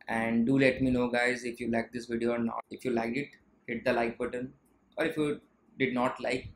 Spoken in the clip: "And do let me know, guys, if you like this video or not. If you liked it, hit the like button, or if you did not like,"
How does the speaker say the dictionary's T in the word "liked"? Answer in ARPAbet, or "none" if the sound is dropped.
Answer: none